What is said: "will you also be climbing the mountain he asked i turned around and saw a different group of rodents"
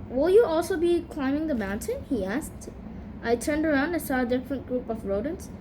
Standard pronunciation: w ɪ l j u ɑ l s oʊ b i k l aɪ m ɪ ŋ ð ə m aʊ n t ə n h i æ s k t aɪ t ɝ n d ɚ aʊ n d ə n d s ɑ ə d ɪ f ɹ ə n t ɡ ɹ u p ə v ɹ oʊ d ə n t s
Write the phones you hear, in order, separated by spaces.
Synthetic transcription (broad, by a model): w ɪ l j u ɑ l s oʊ b i k l aɪ m ɪ ŋ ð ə m aʊ n t ə n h i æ s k t aɪ t ɝ n d ɚ aʊ n d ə s ɑ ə d ɪ f ɹ ə n t ɡ ɹ u p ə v ɹ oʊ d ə n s